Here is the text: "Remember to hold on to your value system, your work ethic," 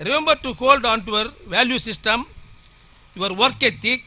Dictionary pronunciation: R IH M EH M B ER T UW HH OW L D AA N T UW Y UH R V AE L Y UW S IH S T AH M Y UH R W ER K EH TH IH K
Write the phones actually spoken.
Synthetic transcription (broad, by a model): R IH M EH M B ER T UW HH OW L D AA N T UW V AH R V AE L Y UW S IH S T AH M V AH R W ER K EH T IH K